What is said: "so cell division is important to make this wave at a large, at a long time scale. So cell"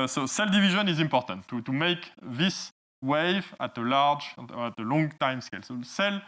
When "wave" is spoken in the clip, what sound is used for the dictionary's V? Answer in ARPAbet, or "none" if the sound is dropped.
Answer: V